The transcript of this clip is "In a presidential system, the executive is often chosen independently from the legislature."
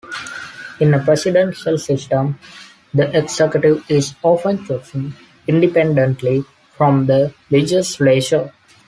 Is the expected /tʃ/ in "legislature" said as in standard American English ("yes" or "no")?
no